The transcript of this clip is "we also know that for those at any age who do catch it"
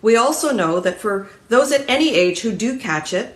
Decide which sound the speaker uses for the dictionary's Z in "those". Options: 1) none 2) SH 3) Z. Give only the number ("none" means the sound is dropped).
3